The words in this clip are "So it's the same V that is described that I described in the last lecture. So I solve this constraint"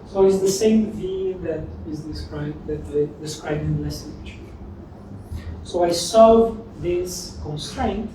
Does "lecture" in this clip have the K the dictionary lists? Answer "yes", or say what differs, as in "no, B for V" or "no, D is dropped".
no, K is dropped